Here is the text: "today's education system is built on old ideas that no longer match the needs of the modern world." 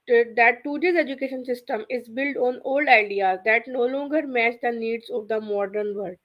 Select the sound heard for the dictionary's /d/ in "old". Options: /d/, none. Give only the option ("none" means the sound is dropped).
/d/